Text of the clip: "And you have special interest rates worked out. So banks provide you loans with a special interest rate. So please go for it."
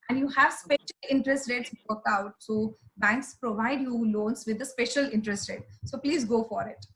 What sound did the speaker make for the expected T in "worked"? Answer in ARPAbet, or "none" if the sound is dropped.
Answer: none